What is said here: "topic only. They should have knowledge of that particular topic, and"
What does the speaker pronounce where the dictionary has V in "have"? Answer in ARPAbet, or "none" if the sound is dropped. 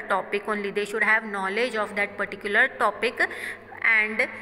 V